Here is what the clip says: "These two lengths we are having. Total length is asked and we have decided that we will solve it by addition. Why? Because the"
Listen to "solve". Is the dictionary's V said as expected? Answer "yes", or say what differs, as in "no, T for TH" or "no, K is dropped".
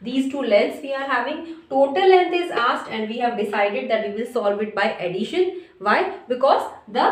yes